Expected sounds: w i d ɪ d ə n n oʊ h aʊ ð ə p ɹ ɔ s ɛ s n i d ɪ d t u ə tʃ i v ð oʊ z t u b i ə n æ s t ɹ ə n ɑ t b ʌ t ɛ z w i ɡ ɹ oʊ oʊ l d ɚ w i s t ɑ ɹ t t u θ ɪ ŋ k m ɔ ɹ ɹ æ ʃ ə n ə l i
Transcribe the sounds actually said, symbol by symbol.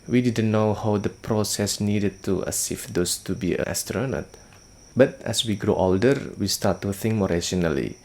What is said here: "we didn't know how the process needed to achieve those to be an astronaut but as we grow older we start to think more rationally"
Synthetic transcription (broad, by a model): w i d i d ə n n oʊ h aʊ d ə p ɹ ɔ s ɛ s n i d ɪ d t u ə s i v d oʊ s t u b i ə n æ s t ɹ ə n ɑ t b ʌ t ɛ s w i ɡ ɹ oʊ oʊ l d ɚ w i s t ɑ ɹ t t u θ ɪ ŋ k m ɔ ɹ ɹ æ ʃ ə n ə l i